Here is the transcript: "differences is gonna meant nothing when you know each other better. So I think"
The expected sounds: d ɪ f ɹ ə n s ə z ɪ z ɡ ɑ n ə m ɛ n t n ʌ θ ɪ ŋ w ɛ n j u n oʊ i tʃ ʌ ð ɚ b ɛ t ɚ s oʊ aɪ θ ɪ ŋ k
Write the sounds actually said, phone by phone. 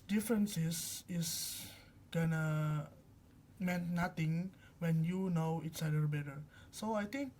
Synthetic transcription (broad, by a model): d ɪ f ɹ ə n s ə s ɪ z ɡ ɑ n ə m ɛ n t n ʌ t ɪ ŋ w ɛ n j u n oʊ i s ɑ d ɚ b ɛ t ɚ s oʊ aɪ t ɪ ŋ k